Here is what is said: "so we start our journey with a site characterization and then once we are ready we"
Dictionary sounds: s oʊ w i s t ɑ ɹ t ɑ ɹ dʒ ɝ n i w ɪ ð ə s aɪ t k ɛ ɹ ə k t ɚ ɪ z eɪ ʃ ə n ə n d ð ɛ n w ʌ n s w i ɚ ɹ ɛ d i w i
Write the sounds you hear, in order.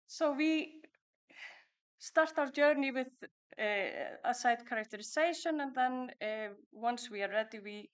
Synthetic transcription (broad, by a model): s oʊ w i s t ɑ ɹ t ɑ w dʒ ɝ n i w ɪ ð ə s aɪ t k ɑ ɹ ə k t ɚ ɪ s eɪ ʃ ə n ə n ð ɛ n w ʌ n s w i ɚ ɹ ɛ d i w i